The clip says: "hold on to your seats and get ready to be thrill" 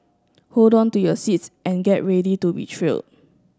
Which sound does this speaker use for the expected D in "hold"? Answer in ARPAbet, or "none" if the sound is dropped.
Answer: D